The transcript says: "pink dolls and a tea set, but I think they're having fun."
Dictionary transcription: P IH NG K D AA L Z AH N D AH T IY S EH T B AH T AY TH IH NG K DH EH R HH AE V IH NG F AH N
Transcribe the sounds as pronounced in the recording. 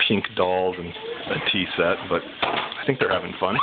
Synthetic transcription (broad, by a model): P IH NG K D AA L Z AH N AH T IY S EH T B AH T AY TH IH NG K DH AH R HH AE V IH NG F AH N